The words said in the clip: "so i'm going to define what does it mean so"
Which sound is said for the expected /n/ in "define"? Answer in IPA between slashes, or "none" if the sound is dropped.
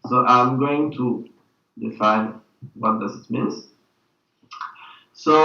/n/